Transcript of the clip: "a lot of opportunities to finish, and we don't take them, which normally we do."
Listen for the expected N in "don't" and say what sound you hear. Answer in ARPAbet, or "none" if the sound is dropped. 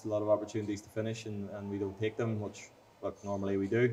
L